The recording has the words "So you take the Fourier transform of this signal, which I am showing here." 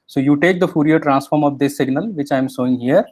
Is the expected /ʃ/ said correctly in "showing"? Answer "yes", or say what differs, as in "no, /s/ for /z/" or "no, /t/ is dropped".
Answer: no, /s/ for /ʃ/